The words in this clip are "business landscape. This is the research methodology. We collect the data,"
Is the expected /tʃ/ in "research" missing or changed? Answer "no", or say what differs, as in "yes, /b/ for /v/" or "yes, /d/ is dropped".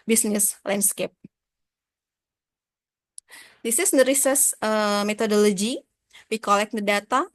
yes, /s/ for /tʃ/